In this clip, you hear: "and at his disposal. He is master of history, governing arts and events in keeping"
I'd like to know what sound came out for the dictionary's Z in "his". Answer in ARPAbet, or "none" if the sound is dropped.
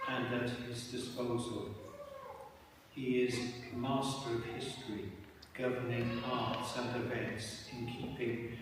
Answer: Z